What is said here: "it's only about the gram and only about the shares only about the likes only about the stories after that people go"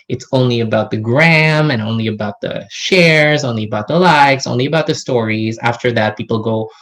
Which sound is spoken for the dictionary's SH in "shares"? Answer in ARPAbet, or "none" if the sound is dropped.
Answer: SH